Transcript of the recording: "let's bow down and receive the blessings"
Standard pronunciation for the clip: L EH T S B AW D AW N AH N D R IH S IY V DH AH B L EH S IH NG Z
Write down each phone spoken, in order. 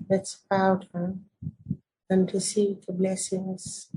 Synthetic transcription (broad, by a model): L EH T S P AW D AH AH N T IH S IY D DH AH B L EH S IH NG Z